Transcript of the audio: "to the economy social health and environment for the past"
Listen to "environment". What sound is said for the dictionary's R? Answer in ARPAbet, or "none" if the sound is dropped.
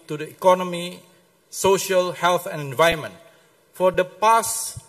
none